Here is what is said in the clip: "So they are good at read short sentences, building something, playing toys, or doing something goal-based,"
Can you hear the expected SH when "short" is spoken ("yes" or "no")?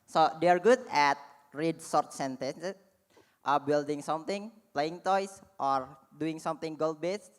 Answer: no